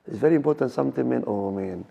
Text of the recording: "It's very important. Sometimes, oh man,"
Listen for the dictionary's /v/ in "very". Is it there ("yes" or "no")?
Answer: yes